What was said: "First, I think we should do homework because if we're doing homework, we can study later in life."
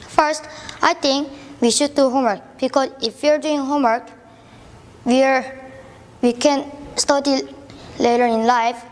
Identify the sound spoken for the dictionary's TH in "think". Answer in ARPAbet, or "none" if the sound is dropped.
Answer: T